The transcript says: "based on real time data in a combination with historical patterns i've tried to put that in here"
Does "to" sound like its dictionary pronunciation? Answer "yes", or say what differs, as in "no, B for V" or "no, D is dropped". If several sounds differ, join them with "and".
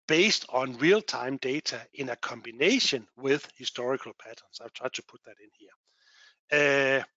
no, S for T